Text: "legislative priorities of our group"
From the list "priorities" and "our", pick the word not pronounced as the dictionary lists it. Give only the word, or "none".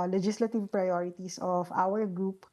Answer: priorities